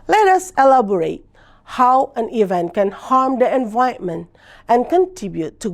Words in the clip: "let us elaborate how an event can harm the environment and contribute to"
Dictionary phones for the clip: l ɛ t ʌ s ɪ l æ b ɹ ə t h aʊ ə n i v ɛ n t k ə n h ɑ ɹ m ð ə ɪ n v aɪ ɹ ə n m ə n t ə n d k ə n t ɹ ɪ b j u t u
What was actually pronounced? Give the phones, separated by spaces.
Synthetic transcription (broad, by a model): l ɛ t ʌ s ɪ l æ b ɹ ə t h aʊ ə n i v ɛ n t k ə n h ɑ ɹ m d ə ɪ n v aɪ ə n m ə n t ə n k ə n t ɹ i b j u t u